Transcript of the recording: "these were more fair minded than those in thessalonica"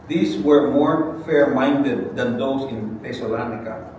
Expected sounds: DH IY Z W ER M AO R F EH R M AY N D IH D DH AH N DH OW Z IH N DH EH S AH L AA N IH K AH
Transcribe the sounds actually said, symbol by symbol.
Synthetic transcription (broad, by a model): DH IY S W ER M AO R F EH R M AY N D IH D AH N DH OW S IH N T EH S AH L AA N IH K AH